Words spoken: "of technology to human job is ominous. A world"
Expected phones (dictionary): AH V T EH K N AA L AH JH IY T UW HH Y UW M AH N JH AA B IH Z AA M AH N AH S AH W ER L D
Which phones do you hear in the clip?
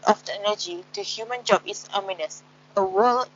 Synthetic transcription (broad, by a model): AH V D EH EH N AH JH IY T UW HH Y UW M AH N JH AA B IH S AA M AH N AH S AH W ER L